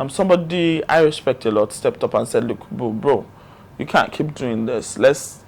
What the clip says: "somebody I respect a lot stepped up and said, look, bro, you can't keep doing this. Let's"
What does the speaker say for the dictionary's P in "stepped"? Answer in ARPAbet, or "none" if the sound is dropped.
P